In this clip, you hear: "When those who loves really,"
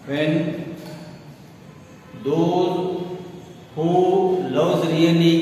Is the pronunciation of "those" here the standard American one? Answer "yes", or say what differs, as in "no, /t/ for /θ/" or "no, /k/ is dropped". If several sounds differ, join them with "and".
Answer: no, /z/ is dropped